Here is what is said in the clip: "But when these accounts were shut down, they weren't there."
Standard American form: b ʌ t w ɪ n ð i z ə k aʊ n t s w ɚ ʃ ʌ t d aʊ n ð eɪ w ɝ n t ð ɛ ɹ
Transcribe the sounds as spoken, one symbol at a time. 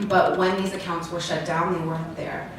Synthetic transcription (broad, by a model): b ʌ t w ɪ n ð i z ə k aʊ n t s w ɚ ʃ ʌ t d aʊ n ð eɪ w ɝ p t ð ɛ ɹ